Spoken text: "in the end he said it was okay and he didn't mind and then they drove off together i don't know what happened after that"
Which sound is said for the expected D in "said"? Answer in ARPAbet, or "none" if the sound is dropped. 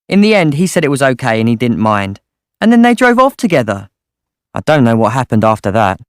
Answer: D